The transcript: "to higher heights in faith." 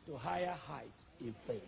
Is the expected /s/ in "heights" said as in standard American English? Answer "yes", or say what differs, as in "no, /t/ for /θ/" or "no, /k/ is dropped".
no, /s/ is dropped